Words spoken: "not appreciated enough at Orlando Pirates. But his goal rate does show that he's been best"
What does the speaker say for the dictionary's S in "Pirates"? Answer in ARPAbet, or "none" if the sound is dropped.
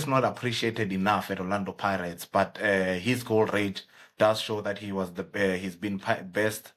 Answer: S